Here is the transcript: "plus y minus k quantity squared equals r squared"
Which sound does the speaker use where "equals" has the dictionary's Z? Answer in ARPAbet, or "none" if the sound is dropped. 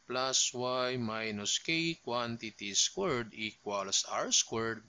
S